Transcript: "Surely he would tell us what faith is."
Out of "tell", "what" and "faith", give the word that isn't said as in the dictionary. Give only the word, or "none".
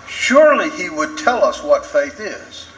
none